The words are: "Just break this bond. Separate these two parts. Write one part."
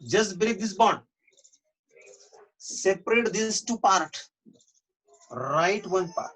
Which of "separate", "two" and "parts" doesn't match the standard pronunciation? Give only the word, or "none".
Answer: parts